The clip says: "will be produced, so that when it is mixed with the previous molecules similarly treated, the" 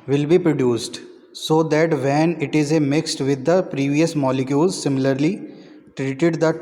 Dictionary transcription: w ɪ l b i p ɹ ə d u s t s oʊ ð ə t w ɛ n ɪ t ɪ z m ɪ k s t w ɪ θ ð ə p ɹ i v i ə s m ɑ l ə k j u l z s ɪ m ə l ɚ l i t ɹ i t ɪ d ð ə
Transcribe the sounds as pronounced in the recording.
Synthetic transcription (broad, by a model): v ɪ l b i p ɹ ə d u s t s oʊ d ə t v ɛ n ɪ t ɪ z m ɪ k s t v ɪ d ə p ɹ i v i ə s m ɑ l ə k j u l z s ɪ m ə l ɚ l i t ɹ i t ɪ d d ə